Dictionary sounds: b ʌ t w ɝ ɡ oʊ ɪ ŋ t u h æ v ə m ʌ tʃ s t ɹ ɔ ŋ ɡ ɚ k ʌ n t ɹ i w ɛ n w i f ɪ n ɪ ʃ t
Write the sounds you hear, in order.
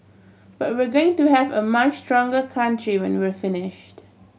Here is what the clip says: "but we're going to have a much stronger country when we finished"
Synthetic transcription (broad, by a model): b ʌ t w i ɡ oʊ ɪ ŋ t u h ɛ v ə m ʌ tʃ s t ɹ ɔ ŋ ɡ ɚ k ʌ n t ɹ i w ɛ n w i f ɪ n ɪ ʃ t